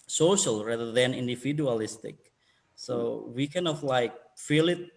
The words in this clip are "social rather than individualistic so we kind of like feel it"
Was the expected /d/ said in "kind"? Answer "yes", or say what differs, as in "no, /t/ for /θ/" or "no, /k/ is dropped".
no, /d/ is dropped